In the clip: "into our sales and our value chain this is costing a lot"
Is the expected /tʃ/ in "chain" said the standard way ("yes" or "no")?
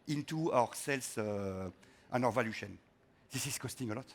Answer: no